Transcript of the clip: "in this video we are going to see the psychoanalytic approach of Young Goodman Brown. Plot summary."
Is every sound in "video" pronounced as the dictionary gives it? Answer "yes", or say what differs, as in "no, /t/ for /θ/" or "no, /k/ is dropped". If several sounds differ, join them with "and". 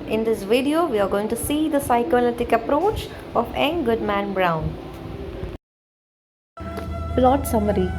yes